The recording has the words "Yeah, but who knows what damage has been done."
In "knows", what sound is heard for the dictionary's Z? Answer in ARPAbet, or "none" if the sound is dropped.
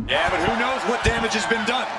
Z